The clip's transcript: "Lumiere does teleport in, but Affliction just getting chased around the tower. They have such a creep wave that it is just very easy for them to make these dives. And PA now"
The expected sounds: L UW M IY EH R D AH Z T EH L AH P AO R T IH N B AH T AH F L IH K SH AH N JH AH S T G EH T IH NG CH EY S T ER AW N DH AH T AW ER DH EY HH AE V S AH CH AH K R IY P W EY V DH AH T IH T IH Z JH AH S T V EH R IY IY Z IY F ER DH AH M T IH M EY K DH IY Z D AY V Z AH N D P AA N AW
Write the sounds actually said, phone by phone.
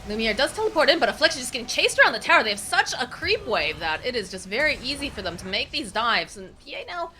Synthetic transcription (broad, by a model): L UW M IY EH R D AH Z T EH L AH P AO R T IH N B AH T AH F L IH K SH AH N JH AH S G EH T IH NG CH EY S T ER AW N DH AH T AW ER DH EY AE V S AH CH AH K R IY P W EY V DH AH T IH T IH Z JH AH S T V EH R IY IY Z IY F ER DH AH M T IH M EY K DH IY Z D AY V Z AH N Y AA N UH